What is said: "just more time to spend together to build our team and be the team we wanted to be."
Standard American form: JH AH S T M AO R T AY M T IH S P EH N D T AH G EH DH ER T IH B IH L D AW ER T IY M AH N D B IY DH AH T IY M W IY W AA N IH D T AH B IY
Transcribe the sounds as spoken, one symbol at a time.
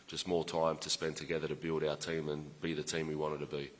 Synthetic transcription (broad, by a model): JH AH S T M AO R T AY M T IH S P EH N T AH G EH DH ER T IH B IH L D AW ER T IY M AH N B IY DH AH T IY M W IY W AA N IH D T AH B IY